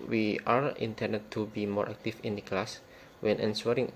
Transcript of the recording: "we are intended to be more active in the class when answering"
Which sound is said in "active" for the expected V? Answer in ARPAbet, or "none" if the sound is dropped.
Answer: F